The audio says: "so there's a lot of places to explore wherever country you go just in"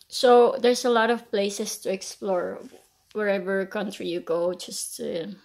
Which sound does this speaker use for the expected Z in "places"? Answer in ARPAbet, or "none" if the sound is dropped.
S